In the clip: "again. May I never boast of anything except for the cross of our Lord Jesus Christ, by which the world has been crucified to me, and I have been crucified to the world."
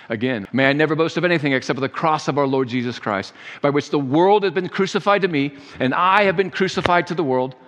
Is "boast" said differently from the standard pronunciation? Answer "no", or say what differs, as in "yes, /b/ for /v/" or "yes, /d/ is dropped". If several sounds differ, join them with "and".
no